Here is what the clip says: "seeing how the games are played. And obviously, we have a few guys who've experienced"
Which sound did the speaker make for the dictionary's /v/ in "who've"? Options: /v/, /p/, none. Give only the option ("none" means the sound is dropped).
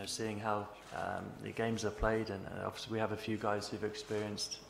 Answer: /v/